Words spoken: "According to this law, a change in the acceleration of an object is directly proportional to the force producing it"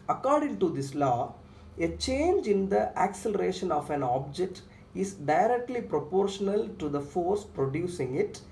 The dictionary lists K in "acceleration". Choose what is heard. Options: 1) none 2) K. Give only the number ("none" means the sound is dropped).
2